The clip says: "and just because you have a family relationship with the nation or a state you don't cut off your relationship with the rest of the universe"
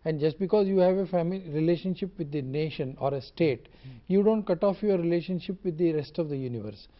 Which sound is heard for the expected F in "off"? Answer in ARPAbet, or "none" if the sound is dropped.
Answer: F